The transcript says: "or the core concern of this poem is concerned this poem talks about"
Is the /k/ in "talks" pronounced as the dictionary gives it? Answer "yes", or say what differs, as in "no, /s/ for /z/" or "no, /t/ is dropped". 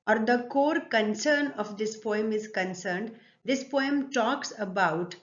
yes